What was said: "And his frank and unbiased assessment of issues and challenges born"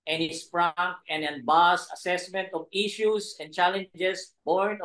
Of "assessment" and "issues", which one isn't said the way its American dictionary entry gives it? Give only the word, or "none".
issues